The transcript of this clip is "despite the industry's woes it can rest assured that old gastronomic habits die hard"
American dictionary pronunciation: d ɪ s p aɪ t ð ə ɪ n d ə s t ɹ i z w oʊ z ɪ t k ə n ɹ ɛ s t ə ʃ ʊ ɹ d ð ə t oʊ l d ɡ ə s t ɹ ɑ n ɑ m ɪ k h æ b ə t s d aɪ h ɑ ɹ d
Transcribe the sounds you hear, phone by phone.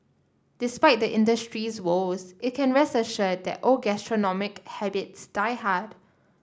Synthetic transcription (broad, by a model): d ɪ s p aɪ t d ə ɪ n d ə s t ɹ i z w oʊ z ɪ t k ə n ɹ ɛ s ə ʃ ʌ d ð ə t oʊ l ɡ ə s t ɹ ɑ n ɑ m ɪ k h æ b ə t s d aɪ h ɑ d